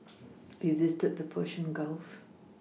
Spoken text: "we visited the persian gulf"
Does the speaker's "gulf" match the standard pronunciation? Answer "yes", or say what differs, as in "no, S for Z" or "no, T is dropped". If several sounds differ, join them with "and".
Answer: yes